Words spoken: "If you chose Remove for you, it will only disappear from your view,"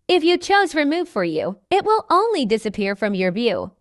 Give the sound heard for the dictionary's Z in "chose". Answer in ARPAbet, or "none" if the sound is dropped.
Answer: Z